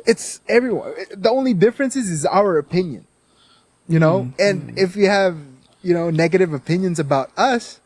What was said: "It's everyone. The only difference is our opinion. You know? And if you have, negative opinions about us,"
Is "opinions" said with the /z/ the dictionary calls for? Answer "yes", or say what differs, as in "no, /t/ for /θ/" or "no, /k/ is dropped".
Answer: yes